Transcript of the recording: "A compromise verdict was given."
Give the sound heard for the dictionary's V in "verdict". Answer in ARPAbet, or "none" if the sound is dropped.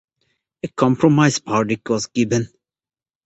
P